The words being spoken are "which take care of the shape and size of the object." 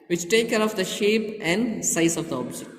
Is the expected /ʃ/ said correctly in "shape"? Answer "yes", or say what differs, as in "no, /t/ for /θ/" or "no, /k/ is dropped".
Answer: yes